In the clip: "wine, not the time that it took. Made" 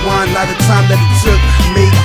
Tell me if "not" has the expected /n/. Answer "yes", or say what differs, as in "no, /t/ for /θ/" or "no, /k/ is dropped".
no, /l/ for /n/